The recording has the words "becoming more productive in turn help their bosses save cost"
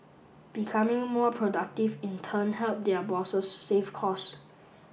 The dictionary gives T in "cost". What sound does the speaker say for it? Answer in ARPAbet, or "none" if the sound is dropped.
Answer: none